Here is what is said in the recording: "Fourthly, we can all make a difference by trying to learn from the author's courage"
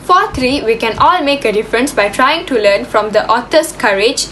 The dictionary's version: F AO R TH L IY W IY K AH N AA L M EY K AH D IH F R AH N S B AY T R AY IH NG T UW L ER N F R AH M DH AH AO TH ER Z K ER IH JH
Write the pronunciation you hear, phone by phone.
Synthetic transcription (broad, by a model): F AO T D IY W IY K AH N AA L M EY K AH D IH F R AH N S B AY T R AY IH NG T UW L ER N F R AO M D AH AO T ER S K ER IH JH